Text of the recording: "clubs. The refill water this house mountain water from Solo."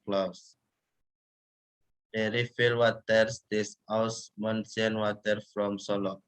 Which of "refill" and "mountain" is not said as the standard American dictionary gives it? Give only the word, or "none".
mountain